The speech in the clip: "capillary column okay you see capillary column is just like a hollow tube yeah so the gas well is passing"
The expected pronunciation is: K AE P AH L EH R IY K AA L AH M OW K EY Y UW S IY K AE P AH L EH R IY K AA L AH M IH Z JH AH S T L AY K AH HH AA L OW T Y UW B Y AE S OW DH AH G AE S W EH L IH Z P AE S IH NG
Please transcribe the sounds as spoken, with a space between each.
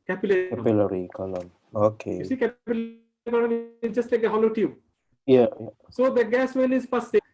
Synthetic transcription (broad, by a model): K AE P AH L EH R IY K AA L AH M OW K EY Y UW S IY K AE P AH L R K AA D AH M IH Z JH AH S T L AY K AH HH AA L OW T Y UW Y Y S OW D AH G AE S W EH N IH Z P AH S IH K